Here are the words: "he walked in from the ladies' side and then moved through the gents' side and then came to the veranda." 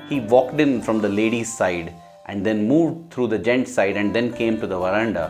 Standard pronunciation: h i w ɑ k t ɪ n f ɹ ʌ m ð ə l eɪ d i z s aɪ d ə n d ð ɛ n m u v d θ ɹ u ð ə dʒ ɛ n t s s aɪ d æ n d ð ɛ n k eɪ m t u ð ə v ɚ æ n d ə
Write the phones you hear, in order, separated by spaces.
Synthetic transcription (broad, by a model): h i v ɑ k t ɪ n f ɹ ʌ m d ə l eɪ d i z s aɪ d ə n d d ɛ n m u v d t ɹ u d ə dʒ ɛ n t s s aɪ d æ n d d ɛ n k eɪ m t u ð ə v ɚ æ n d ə